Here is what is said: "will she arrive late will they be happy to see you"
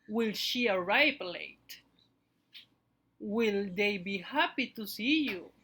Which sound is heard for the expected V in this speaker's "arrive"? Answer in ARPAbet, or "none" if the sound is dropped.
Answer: P